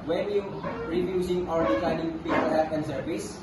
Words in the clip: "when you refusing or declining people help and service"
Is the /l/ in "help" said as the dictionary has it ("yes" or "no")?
no